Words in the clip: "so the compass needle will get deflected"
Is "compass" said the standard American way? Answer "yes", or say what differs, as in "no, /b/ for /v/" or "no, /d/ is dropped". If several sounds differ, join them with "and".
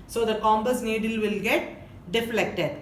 no, /b/ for /p/